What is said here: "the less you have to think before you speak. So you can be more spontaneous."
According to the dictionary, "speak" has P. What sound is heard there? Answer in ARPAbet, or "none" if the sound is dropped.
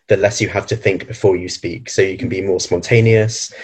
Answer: P